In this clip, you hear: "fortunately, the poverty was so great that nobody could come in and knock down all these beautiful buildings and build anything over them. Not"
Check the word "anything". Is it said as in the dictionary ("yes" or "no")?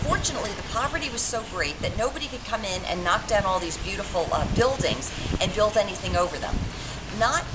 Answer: yes